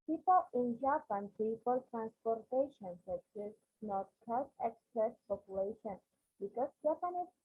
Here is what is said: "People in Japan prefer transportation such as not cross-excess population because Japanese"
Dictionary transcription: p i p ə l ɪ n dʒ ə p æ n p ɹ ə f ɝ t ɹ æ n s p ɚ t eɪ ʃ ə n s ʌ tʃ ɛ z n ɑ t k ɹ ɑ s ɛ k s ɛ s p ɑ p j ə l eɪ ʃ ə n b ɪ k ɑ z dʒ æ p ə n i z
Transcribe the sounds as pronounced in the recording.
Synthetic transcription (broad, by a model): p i p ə l ɪ n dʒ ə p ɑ n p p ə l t ɹ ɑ n s p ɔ t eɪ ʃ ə n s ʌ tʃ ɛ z n ɑ t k ɑ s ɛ k s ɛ s p ɑ p j ə l eɪ ʃ ə n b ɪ k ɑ s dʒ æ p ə n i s